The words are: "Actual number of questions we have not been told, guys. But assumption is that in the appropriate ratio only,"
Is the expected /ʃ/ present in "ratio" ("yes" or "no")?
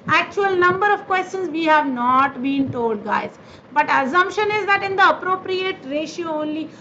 yes